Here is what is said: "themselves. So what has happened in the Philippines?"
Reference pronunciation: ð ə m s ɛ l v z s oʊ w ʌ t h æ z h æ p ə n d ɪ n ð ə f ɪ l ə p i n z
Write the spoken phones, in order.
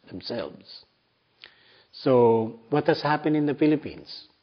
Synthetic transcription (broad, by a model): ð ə m s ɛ l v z s oʊ w ʌ t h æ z h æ p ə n ɪ n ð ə f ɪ l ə p i n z